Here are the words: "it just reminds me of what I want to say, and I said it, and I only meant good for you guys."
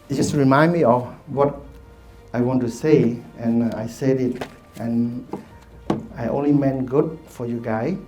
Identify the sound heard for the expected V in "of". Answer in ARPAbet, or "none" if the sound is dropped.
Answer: F